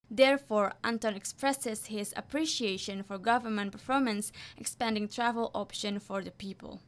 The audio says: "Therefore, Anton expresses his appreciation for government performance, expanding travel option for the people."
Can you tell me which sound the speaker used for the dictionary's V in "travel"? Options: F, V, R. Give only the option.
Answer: V